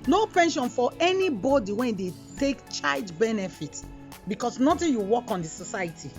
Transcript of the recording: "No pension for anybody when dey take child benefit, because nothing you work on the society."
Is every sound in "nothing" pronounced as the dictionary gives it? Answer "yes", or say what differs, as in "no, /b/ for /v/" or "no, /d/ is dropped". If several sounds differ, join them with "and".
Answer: no, /t/ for /θ/